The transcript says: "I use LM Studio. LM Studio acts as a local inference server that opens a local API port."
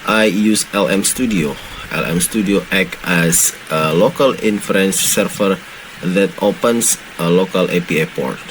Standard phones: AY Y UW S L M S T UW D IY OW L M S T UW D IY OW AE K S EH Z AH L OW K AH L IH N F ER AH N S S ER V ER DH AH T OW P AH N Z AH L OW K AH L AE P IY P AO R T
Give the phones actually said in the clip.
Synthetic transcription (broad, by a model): AY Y UW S L M S T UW D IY OW L M S T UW D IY OW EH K EH S AH L OW K AH L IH N F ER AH N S S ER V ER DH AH T OW P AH N S AH L OW K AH L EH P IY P AO R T